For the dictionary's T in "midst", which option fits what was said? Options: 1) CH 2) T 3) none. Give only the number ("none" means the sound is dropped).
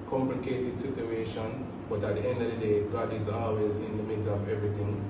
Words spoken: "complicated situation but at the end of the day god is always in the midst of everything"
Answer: 3